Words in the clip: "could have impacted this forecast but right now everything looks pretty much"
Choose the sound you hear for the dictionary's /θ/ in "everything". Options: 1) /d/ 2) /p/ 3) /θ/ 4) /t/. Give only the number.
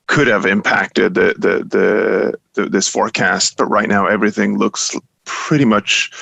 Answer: 3